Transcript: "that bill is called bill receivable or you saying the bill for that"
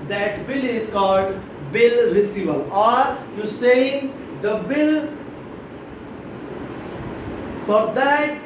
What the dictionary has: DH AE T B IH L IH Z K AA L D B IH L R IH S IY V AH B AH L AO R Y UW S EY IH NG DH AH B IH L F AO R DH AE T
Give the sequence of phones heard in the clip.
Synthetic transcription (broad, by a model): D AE T B IH L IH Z K AA L D B IH L R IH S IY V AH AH L AO R Y UW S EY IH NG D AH B IH L F AO R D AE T